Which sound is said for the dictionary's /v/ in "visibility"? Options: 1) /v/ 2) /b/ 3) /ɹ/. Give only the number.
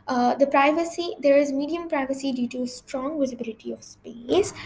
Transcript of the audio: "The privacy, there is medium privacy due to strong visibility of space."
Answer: 1